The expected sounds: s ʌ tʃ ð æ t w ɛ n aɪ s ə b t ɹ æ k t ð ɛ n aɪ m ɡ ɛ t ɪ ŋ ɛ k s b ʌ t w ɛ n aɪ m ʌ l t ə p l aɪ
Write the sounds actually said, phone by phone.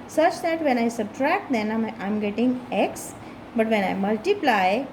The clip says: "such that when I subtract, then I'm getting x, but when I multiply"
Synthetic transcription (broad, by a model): s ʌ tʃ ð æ t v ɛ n aɪ s ə b t ɹ æ k t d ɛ n aɪ m ɡ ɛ t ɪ ŋ ɛ k s b ʌ t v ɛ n aɪ m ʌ l t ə p l aɪ